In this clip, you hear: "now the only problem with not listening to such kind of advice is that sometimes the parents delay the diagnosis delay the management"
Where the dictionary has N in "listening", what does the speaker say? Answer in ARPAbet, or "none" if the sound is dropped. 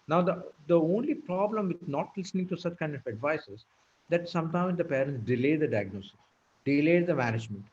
N